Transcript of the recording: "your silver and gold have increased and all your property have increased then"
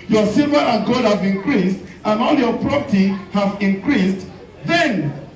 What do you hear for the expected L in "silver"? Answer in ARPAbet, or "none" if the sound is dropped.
none